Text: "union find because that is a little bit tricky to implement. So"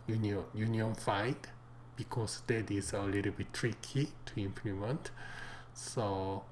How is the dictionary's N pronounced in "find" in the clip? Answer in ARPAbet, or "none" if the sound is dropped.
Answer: none